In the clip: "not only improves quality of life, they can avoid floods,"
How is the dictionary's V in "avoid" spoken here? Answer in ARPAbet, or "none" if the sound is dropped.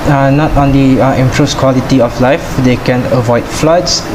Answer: V